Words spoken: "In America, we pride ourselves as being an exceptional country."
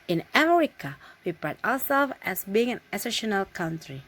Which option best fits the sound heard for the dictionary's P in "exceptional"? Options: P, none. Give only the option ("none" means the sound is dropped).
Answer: none